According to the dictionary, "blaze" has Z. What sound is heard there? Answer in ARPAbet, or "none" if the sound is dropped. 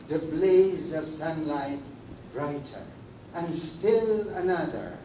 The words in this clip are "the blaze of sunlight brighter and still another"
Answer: Z